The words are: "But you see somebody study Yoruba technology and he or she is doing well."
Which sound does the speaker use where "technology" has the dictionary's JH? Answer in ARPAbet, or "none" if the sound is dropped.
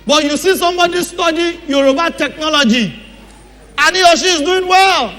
JH